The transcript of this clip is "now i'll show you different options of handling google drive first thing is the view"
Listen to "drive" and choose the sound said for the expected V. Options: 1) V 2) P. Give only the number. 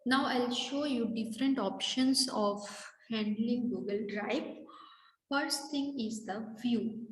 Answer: 2